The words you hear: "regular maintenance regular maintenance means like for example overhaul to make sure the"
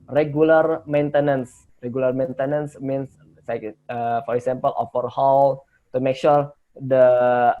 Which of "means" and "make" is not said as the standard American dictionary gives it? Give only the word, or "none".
means